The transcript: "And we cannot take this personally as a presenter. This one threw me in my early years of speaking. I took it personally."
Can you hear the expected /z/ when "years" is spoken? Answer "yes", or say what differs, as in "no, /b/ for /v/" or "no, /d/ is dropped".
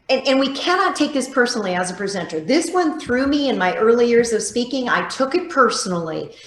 yes